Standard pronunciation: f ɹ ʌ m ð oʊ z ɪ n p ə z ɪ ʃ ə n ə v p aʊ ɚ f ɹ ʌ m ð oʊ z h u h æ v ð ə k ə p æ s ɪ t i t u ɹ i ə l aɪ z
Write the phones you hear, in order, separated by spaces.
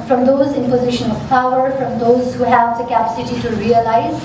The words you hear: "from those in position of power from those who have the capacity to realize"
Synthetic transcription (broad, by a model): f ɹ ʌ m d oʊ z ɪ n p ə z ɪ ʃ ə n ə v p aʊ ɚ f ɹ ʌ m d oʊ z h u h æ v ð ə k ə p æ s ɪ t i t u ɹ i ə l aɪ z